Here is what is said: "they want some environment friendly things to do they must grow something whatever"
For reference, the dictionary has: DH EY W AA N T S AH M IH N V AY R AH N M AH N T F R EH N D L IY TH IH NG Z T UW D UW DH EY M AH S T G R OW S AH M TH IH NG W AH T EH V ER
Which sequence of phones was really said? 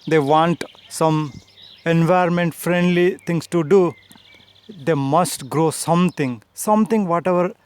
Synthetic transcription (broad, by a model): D EY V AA N T S AH M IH N V AY AH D M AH N T F R EH N D L IY T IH NG S T UW D UW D EY M AH S T G R OW S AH M T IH NG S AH T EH V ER